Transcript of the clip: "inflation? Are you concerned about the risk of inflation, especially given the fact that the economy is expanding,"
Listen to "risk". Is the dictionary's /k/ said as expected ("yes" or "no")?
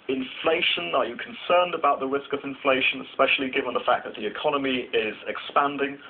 yes